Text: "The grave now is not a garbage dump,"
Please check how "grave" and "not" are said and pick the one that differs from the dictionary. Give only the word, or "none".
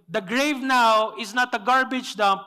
none